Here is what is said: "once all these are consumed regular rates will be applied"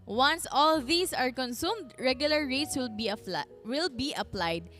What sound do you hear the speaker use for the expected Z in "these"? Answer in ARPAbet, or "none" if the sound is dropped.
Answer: S